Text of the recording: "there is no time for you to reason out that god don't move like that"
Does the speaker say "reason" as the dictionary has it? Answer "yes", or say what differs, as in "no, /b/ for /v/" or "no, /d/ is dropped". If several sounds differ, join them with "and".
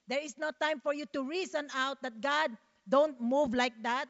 no, /s/ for /z/